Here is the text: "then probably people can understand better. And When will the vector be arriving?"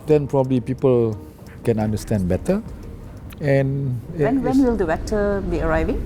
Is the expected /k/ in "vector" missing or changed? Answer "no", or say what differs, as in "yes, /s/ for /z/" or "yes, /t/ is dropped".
yes, /k/ is dropped